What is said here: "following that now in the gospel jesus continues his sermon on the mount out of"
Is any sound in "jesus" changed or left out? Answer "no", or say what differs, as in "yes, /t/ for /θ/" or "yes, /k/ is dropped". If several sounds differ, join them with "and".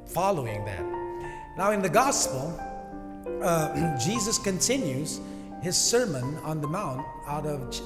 no